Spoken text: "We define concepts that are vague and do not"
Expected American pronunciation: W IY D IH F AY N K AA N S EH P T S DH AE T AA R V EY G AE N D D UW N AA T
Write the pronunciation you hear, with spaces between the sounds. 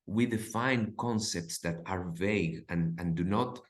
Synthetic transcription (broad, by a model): W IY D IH F AY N K AA N S EH P T S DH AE T AA R V EY G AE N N D UW N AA T